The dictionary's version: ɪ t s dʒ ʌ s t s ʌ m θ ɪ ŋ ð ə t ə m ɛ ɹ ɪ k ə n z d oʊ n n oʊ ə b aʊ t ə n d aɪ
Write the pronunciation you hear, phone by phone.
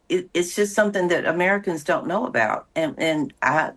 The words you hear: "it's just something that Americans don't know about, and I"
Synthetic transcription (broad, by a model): ɪ t s dʒ ʌ s t s ʌ m θ ɪ ŋ ð ə t ə m ɛ ɹ ɪ k ə n z d oʊ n n oʊ ə b aʊ t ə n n aɪ